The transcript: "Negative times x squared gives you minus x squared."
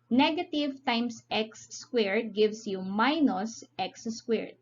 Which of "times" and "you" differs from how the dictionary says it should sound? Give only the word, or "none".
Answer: times